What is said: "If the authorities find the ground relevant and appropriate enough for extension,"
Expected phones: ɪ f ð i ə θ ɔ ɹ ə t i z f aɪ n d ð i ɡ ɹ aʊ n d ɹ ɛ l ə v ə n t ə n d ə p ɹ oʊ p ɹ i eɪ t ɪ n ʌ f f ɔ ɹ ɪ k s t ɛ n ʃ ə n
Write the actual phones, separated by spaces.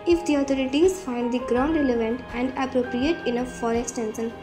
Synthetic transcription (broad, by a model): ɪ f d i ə t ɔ ɹ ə t i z f aɪ n d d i ɡ ɹ aʊ n d ɹ ɛ l ə v ə n t ə n d ə p ɹ oʊ p ɹ i eɪ t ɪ n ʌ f f ɔ ɹ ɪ k s t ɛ n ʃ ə n